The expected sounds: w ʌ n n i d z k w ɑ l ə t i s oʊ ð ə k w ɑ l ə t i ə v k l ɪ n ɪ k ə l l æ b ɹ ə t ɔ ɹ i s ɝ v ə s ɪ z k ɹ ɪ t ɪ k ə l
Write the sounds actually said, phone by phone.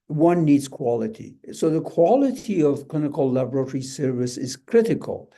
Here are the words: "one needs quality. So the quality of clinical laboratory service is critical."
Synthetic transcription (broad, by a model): w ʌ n n i d z k w ɑ l ə t i s oʊ ð ə k w ɑ l ə t i ə v k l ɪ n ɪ k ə l l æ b ɹ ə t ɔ ɹ i s ɝ v ə s ɪ z k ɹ ɪ t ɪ k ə l